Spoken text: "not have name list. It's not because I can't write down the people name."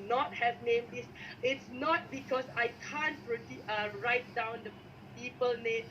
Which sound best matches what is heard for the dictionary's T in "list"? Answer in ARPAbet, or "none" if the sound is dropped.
none